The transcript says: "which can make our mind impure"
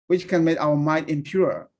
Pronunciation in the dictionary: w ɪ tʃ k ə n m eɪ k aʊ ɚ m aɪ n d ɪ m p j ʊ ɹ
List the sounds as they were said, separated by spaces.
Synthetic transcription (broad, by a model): w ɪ tʃ k ə n m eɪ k aʊ ɚ m aɪ d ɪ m p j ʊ ɹ